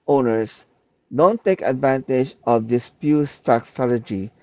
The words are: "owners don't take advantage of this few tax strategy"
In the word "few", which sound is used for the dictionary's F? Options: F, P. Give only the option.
P